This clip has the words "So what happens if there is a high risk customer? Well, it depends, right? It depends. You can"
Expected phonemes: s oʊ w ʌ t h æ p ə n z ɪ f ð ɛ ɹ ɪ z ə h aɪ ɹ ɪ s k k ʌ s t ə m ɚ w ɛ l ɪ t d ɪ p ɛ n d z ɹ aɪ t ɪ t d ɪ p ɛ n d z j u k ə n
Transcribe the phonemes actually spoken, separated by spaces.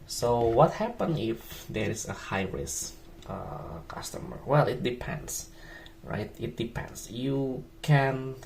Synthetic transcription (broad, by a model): s oʊ w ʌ t h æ p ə n ɪ f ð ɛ ɹ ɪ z ə h aɪ ɹ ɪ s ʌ k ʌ s t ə m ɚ w ɛ l ɪ t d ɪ p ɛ n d s ɹ aɪ t ɪ t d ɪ p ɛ n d s j u k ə n